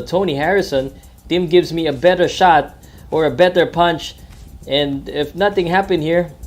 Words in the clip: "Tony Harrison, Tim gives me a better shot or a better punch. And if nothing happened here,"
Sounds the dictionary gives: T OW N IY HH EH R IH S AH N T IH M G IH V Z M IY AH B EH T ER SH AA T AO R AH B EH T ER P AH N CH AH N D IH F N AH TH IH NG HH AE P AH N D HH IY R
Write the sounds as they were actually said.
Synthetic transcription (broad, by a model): T OW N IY HH EH R IH S AH N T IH M G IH V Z M IY AH B EH T ER SH AA T AO R AH B EH T ER P AH N CH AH N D IH F N AH TH IH NG HH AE P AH N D HH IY R